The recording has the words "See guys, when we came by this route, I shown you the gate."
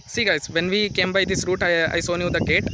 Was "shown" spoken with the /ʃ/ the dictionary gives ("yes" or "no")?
no